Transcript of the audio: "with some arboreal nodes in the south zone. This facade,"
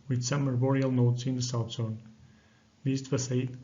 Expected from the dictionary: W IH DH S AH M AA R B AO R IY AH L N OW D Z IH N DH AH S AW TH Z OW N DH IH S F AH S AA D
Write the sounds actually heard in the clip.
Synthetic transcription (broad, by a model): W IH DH S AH M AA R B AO R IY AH L N OW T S IH N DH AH S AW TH S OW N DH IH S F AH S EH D